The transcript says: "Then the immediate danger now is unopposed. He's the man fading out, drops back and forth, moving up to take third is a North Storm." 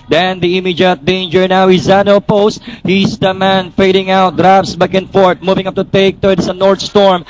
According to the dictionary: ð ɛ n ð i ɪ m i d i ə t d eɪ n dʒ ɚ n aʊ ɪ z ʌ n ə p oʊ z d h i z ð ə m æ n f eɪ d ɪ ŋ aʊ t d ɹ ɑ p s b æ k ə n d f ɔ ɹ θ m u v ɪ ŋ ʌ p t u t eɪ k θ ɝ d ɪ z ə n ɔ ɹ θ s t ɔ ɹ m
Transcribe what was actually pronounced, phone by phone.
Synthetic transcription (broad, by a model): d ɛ n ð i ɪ m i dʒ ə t d eɪ n dʒ ɚ n aʊ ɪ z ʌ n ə p oʊ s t h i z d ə m æ n f eɪ d ɪ ŋ aʊ t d ɹ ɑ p s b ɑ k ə n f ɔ ɹ t m u v ɪ ŋ ʌ p t u t eɪ k t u ɪ s ə n ɔ ɹ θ s t ɔ ɹ m